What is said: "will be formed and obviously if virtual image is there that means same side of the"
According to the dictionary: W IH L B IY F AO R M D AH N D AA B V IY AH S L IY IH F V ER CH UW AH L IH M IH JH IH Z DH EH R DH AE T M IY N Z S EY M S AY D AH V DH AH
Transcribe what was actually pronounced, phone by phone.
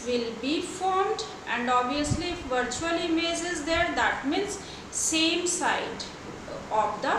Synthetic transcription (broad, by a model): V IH L B IY F AO R M D AH N D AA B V IY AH S L IY IH F V ER CH UW AH L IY M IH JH IH Z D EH R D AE T M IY N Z S EY M S AY D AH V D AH